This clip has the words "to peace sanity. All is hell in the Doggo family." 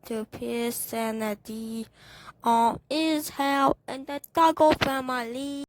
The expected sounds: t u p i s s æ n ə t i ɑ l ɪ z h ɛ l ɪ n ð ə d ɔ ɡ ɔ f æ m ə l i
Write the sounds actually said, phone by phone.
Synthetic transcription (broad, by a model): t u p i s s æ n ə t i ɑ n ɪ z h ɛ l ɪ n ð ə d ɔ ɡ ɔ f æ m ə l i